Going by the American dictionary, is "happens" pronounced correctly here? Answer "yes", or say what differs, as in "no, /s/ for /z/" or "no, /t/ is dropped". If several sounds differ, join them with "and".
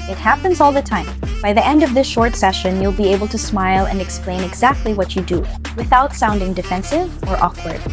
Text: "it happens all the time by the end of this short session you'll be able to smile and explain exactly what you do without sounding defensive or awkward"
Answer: yes